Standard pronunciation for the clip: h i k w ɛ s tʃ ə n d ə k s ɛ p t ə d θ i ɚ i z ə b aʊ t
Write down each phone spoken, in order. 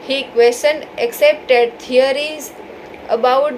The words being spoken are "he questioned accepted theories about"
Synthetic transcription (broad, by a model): h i k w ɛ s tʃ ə n ə k s ɛ p t ə d t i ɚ i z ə b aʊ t